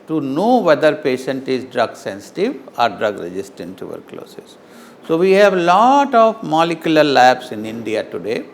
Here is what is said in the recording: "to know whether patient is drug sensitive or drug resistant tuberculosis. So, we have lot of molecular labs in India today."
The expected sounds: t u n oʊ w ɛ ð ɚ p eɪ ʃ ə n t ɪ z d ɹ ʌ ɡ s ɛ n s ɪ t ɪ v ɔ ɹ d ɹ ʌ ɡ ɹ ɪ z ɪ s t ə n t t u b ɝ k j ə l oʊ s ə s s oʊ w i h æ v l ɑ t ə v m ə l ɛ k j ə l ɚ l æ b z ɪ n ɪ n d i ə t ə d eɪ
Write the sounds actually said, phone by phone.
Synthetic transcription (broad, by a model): t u n oʊ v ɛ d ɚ p eɪ ʃ ə n t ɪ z d ɹ ʌ ɡ s ɛ n s ɪ t ɪ v ɔ ɹ d ɹ ʌ ɡ ɹ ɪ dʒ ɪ s t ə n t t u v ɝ k l oʊ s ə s s oʊ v i h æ v l ɑ t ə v m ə l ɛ k j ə l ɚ l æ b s ɪ n ɪ n d i ə t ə d eɪ